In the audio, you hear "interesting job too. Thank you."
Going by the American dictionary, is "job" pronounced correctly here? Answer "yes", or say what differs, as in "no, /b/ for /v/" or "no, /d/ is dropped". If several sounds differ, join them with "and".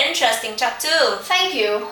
no, /tʃ/ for /dʒ/